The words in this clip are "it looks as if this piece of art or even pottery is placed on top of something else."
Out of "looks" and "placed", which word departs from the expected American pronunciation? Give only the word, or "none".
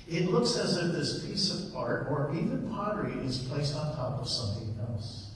none